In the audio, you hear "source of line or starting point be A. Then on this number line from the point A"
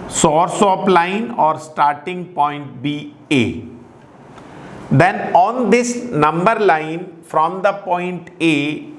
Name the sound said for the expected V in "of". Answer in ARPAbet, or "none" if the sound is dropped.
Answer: P